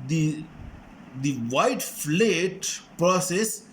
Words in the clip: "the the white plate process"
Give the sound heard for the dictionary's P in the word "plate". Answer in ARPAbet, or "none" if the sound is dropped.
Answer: F